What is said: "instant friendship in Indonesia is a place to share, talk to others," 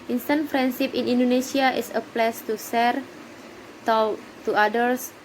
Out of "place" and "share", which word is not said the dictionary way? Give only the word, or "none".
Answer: share